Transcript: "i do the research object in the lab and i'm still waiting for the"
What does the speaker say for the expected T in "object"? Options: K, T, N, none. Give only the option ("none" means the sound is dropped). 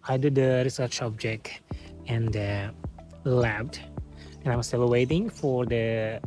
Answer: T